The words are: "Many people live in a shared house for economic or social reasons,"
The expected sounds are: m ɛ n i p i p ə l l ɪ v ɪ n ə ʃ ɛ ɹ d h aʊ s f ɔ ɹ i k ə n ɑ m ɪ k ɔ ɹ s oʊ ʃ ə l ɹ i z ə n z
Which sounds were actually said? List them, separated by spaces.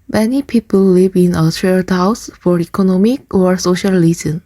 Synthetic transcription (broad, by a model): m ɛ n i p i p ə l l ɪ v ɪ n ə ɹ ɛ l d h aʊ s f ɔ ɹ i k ə n ɑ m ɪ k ɔ ɹ s oʊ ʃ ə l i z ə n